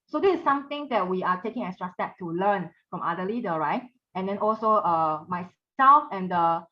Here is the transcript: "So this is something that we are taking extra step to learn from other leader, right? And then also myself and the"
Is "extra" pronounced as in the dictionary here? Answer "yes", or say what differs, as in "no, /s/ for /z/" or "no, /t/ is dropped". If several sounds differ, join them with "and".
no, /k/ is dropped